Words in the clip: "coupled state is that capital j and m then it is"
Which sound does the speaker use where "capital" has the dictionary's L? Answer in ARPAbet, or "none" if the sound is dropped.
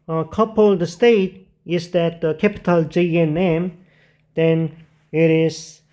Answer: L